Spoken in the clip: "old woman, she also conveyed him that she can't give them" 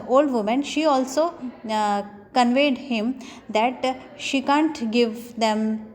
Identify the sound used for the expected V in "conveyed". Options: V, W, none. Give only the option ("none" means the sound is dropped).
V